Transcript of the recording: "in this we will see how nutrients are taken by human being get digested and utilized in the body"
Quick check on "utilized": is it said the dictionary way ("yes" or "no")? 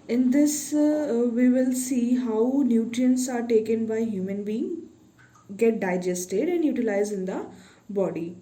no